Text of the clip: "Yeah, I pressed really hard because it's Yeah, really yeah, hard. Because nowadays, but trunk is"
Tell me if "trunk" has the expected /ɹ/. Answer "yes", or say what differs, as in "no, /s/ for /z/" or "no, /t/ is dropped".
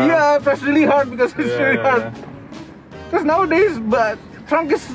yes